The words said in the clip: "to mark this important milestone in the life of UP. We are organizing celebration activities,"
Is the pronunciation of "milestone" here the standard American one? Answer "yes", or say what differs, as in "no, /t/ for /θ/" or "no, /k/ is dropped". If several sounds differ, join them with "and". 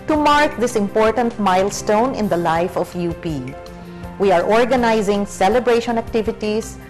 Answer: yes